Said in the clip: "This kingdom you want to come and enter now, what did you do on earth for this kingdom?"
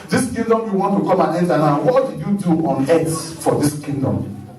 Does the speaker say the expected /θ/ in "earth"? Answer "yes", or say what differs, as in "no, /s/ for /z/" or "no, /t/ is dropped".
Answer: no, /s/ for /θ/